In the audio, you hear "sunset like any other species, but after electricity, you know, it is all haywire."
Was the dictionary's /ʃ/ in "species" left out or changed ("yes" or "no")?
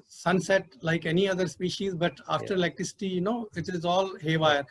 no